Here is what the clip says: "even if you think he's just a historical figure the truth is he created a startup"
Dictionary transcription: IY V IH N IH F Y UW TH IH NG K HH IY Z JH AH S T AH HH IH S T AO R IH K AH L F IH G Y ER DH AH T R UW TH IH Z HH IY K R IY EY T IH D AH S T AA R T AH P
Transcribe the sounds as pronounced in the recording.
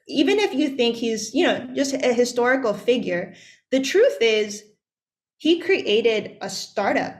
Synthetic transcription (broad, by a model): IY V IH N IH F Y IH TH IH NG K HH IY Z JH AH S T AH HH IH S T AO R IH K L F IH G Y ER DH AH T R UW TH IH Z HH IY K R IY EY T IH D AH S T AA R T AH P